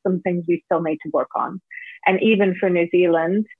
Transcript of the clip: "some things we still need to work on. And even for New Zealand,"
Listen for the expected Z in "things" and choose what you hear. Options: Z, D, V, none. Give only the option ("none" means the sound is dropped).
Z